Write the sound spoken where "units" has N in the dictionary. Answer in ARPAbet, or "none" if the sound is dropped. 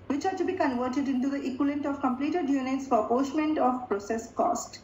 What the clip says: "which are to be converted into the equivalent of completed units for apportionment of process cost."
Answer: N